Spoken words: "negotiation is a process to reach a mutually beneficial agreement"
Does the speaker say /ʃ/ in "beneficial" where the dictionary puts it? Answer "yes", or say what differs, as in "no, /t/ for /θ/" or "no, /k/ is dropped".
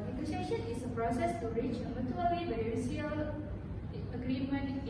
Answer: no, /ʃ/ is dropped